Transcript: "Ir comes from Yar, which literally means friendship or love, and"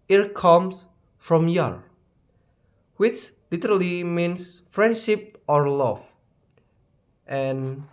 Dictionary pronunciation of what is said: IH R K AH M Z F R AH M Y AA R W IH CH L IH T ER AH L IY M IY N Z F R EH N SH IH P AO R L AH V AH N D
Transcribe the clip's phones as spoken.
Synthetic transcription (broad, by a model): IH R K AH M S F R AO M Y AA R W IH CH L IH T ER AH L IY M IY N S F R EH N SH IH P AO R L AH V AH N